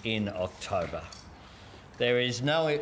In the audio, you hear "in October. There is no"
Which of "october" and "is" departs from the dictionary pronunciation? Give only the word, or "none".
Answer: none